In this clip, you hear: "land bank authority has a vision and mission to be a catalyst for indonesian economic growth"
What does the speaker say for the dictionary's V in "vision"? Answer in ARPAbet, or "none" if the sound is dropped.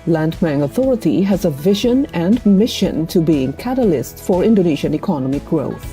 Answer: V